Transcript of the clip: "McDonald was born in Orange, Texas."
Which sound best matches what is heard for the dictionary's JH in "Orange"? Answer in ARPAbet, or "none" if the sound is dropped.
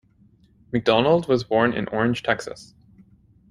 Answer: ZH